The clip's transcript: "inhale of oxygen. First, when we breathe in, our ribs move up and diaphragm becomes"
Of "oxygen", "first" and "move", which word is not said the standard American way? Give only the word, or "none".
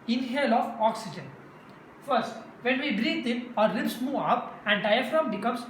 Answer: move